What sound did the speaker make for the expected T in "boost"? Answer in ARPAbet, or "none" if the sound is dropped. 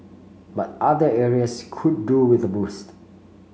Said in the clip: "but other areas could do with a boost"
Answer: T